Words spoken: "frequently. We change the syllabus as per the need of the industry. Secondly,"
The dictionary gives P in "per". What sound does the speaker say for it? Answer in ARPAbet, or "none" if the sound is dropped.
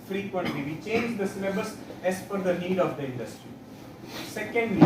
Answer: F